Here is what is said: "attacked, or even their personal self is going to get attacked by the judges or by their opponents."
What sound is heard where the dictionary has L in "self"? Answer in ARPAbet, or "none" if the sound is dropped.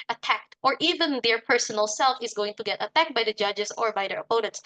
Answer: L